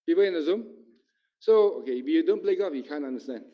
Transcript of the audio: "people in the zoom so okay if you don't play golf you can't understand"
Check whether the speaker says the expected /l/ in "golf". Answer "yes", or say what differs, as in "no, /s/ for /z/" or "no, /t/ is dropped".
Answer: no, /l/ is dropped